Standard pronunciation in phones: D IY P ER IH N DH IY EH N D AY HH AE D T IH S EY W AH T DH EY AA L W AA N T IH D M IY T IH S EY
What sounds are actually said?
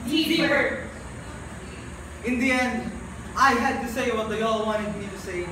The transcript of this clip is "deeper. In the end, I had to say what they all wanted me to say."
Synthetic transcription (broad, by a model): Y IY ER IH N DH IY EH N D AY HH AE D T IH S EY W AH T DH EY AA L W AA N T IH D M IY T IH S EY